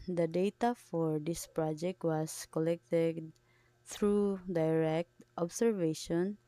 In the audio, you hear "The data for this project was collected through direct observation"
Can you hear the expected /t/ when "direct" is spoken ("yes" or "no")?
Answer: yes